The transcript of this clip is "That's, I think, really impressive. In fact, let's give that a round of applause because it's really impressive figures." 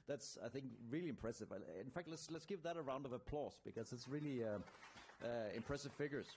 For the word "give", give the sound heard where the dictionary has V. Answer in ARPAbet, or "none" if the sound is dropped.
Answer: P